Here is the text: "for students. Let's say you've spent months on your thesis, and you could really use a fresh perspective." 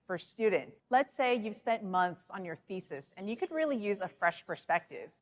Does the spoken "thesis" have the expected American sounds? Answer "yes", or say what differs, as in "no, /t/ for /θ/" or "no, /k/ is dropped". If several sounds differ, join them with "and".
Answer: yes